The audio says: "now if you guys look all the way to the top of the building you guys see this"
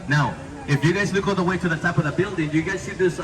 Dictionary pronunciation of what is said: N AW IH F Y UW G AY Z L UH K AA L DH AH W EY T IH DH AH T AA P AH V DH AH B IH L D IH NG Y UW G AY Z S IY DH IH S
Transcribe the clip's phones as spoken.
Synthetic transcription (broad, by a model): N AW IH F Y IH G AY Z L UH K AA N DH AH W EY T IH DH AH T AA P AH V DH AH B IH L D IH NG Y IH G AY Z S IY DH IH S